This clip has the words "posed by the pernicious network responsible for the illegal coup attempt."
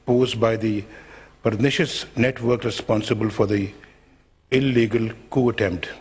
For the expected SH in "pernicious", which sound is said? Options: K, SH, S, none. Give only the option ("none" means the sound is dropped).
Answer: SH